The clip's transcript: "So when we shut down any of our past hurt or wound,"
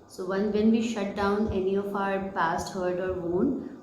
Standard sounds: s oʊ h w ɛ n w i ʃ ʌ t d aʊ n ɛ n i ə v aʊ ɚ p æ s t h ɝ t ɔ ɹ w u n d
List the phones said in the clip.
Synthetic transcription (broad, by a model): s oʊ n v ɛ n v i ʃ ʌ t d aʊ n ɛ n i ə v aʊ ɚ p æ s t h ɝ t ɔ ɹ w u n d